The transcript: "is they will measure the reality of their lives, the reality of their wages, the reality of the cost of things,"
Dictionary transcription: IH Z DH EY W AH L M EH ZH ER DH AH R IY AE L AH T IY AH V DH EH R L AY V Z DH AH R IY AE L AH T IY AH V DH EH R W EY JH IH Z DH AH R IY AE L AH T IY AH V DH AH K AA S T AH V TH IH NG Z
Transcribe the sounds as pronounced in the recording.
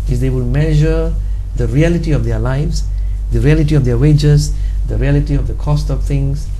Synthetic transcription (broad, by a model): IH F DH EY W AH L M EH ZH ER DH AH R IY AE L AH T IY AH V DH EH L AY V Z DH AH R IY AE L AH T IY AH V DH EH W EY JH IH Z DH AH R IY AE L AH T IY AH V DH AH K AA S T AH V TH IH NG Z